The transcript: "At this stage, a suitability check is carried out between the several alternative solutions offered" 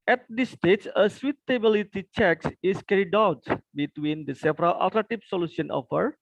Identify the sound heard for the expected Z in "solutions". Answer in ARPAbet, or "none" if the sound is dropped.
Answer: none